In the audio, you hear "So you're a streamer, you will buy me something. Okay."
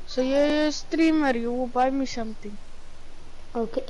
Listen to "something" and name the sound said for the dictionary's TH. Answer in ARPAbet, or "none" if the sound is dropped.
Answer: T